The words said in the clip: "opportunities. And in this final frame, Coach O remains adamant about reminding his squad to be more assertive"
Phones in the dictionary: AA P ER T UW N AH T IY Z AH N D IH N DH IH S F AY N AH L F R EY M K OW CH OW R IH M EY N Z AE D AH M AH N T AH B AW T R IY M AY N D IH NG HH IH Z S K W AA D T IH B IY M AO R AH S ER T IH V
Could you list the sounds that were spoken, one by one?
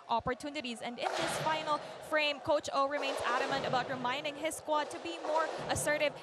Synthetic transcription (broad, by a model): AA P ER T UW N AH T IY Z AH N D IH N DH IH S F AY N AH L F R EY M K OW CH OW R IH M EY N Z AE D AH M AH N T AH B AW T R IY M AY N D IH NG HH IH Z S K W AA D T IH B IY M AO R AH S ER T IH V